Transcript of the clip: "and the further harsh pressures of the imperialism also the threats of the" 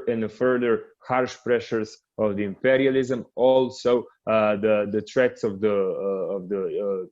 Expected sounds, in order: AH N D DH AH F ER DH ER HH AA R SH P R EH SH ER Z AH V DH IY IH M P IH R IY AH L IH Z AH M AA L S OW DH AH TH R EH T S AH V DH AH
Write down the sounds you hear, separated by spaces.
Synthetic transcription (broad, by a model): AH N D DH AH F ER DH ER HH AA R SH P R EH SH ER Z AH V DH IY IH M P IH R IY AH L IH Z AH M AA L S OW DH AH T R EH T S AH V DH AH